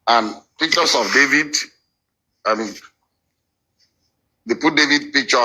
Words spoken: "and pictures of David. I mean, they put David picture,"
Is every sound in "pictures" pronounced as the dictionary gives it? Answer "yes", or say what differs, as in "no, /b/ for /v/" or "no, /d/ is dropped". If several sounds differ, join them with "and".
no, /s/ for /z/